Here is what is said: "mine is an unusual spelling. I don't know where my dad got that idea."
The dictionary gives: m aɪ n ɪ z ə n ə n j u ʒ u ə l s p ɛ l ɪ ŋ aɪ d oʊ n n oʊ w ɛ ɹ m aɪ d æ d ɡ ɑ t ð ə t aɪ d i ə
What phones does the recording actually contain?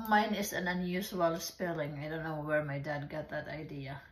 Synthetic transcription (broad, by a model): m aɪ n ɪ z ə n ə n j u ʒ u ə l s p ɛ l ɪ ŋ aɪ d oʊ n n oʊ w ɛ ɹ m aɪ d æ d ɡ ɑ t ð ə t aɪ d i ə